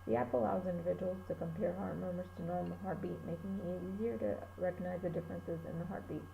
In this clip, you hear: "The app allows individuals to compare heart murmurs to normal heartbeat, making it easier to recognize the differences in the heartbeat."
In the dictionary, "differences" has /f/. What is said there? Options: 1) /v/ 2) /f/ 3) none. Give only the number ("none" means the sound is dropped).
2